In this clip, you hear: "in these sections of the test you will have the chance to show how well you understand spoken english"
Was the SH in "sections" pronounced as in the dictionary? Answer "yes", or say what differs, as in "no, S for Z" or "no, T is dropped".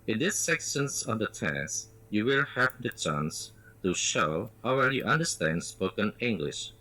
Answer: no, S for SH